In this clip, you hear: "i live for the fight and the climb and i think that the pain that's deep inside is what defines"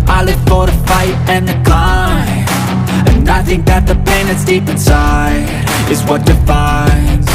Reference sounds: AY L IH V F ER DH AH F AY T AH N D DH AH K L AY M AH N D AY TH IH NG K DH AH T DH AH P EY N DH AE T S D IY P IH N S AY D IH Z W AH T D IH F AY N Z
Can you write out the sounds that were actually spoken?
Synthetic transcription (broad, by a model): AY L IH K F ER DH AH F AY T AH N DH AH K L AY AH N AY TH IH NG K DH AH T DH AH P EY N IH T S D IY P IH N S AY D IH Z W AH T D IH F AY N